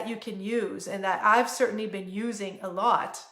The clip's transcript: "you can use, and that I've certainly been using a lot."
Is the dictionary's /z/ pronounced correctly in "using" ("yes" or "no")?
yes